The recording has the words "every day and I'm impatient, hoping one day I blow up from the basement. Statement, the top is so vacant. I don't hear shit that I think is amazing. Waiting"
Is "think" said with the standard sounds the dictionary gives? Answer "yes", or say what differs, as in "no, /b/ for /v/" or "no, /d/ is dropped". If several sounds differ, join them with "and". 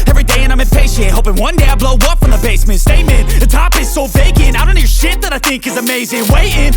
yes